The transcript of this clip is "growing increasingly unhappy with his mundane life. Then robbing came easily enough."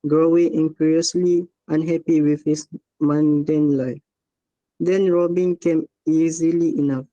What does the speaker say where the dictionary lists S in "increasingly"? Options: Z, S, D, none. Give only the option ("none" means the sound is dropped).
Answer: none